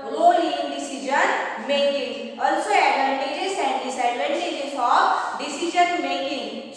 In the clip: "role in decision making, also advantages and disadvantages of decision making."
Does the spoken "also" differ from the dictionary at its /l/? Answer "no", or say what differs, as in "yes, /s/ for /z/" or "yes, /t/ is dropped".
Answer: no